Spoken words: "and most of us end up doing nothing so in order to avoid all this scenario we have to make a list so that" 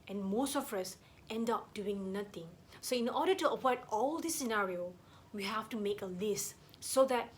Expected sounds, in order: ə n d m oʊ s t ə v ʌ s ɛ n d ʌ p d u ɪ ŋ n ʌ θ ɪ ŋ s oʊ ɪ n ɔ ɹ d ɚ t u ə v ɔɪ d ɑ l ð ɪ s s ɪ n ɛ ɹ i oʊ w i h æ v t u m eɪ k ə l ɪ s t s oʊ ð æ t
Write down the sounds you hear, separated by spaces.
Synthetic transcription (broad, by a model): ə n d m oʊ s t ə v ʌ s ɛ n d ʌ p d u ɪ ŋ n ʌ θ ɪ ŋ s oʊ ɪ n ɔ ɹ d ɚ t u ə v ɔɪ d ɑ l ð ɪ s s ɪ n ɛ ɹ i oʊ w i h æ f t u m eɪ k ə l ɪ s t s oʊ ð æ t